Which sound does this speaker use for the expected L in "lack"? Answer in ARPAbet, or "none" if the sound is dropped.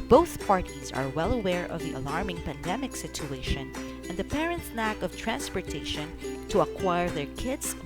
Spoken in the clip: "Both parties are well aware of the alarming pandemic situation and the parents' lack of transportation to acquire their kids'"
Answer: N